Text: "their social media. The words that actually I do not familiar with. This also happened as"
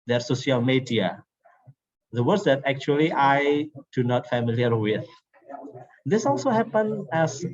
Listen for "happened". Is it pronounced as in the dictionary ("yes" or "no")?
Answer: no